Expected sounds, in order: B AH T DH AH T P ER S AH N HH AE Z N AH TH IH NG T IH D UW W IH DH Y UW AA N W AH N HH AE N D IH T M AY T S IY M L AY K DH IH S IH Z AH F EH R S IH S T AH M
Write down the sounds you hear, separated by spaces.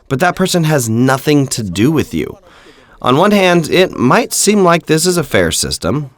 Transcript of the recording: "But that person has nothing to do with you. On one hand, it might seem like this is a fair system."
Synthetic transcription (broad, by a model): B AH T DH AH T P ER S AH N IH Z N AH TH IH NG T IH D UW W IH DH Y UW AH N W AH N HH AE N D IH T M AY T S IY M L AY K DH IH S IH Z AH F EH R S IH S T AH M